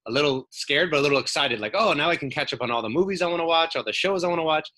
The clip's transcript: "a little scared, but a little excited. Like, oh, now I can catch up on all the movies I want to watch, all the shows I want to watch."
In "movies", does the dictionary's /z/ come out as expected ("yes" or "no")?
yes